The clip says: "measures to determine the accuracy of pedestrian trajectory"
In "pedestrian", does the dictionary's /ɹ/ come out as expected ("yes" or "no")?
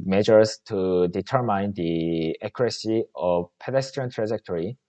no